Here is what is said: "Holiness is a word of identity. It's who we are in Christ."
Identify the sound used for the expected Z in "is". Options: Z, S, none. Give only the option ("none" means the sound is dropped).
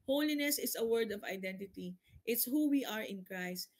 S